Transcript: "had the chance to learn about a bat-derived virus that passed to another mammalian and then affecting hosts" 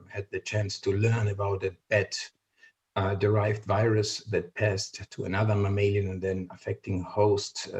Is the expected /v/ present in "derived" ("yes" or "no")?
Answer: yes